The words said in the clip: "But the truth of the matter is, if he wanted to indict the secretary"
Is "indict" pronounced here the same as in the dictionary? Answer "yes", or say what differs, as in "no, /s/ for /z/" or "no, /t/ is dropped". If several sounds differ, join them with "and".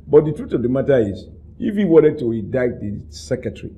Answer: no, /n/ is dropped